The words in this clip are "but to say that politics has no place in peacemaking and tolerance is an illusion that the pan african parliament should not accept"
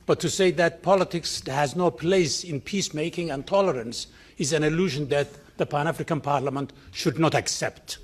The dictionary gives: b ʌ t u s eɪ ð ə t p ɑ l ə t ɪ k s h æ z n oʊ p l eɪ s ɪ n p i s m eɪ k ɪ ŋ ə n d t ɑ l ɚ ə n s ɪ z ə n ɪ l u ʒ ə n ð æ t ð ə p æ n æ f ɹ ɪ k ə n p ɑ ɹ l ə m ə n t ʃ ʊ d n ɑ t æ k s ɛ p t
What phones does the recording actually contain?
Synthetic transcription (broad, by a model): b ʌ t u s eɪ ð ə t p ɑ l ə t ɪ k s h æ z n oʊ p l eɪ s ɪ n p i s m eɪ k ɪ ŋ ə n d t ɑ l ɚ ə n s ɪ z ə n ɪ l u ʒ ə n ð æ t ð ə p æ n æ f ɹ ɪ k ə n p ɑ ɹ l ə m ə n t ʃ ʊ d n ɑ t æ k s ɛ p t